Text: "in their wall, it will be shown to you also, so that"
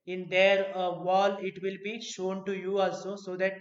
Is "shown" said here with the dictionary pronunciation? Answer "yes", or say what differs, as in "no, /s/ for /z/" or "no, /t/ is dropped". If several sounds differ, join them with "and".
yes